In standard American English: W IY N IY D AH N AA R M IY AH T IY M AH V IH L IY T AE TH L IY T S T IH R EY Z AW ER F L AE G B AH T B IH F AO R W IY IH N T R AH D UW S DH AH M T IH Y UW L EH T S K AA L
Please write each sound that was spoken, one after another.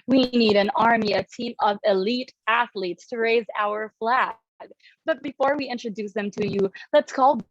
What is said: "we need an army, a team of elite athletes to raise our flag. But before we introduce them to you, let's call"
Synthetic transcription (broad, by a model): W IY N IY D AH N AA R M IY AH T IY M AH V IH L IY T AE TH L IY T S T IH R EY Z AW ER F L AE G B AH T B IH F AO R W IY IH N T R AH D UW S DH AH M T IH Y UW L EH T S K AA L